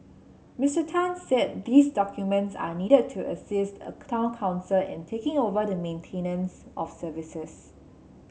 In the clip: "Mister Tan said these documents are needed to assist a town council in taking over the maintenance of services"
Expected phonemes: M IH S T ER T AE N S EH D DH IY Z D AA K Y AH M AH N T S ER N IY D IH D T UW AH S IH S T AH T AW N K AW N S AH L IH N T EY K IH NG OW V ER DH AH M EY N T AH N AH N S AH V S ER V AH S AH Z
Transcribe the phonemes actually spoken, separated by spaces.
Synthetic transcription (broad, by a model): M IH S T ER T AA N S EH D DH IY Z D AA K Y AH M AH N T S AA N IY D IH D T UW AH S IH S T AH T AW N K AW N S AH L IH N T EY K IH NG OW V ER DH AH M EY N T AH N AH N S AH F S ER V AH S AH S